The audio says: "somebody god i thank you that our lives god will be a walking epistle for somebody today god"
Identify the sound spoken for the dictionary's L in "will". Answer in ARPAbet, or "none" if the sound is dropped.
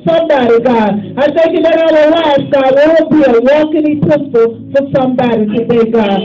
W